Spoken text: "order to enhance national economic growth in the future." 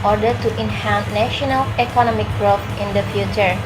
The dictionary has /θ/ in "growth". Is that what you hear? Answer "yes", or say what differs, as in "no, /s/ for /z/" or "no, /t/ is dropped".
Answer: no, /f/ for /θ/